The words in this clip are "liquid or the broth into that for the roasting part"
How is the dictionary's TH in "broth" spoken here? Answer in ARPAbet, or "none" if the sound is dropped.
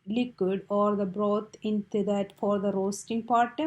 T